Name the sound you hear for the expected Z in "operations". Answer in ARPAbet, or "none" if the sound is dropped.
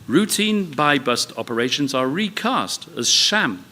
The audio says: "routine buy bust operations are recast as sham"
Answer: Z